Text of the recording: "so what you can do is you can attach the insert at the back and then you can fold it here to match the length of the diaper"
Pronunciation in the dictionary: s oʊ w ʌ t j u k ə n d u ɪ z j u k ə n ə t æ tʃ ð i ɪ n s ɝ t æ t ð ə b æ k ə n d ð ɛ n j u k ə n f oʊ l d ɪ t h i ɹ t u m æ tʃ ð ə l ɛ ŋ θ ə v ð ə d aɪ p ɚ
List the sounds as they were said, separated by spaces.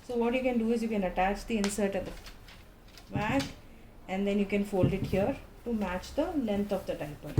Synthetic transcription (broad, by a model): s oʊ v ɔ t j u k ə n d u ɪ z j u k ə n ə t æ tʃ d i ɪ n s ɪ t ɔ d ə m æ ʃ ə n d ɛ n j u k ə n f oʊ l d ɪ t h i ɹ t u m æ tʃ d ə l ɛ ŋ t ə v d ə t aɪ p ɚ